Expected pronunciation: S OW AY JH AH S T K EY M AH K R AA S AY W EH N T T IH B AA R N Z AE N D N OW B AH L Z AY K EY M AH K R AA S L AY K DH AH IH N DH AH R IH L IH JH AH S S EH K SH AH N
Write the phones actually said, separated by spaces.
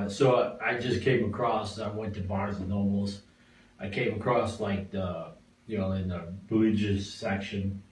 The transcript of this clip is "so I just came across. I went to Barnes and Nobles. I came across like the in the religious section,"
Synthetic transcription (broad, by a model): S OW AY JH AH S K EY M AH K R AA S AY W EH N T T IH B AA R Z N N OW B L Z AY K EY M AH K R AA S L AY K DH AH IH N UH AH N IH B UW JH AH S S EH K SH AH N